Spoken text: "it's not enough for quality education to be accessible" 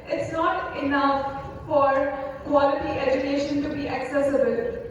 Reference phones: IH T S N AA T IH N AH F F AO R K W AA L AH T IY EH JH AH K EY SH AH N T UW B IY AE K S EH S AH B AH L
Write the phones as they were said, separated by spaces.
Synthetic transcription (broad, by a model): IH T S N AA T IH N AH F F AO R K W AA L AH T IY EH JH AH K EY SH AH N T UW B IY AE K S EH S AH B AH L